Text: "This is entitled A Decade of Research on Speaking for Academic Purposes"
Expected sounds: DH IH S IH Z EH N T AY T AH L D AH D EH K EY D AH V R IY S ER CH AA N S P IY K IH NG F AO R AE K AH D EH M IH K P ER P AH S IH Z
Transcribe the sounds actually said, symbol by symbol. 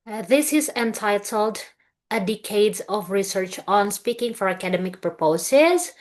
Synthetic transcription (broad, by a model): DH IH S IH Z EH N T AY T AH L D AH D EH K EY D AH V R IY S ER CH AA N S P IY K IH NG F AO R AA K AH D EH M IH K P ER P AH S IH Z